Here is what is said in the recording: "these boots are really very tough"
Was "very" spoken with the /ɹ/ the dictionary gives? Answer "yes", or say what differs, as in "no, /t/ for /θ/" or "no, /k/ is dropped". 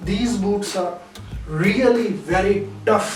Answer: yes